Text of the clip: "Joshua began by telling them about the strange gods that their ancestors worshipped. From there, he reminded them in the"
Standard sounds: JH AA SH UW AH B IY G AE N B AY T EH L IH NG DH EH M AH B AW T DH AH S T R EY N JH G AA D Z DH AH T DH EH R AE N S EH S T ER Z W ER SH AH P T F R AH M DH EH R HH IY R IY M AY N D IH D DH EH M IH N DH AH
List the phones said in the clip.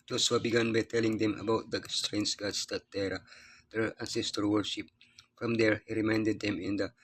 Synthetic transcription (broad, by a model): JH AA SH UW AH B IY G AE N B AY T EH L IH NG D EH M AH B AW T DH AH S T R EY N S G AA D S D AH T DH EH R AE N S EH S T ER W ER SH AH P F R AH M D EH R HH IY R IY M AY N D IH D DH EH M IH N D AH